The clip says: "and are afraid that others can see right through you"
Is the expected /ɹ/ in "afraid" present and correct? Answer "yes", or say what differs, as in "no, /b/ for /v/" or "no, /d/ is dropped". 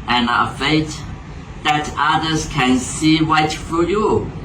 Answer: no, /ɹ/ is dropped